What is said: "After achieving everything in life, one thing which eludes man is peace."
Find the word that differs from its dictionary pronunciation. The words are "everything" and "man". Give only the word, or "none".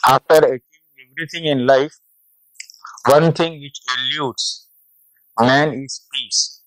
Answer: everything